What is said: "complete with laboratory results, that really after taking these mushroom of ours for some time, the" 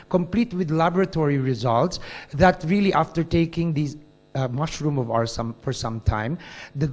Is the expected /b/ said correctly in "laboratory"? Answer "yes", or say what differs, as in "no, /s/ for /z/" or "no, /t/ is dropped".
yes